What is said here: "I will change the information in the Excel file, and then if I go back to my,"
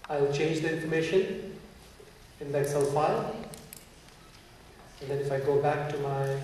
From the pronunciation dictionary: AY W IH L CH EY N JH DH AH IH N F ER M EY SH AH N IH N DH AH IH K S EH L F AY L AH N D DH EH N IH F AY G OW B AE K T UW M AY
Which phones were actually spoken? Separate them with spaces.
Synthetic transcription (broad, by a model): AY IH L CH EY N JH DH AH IH N F ER M EY SH AH N IH N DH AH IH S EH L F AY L AH N D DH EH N IH F AY G OW B AE K T UW M AY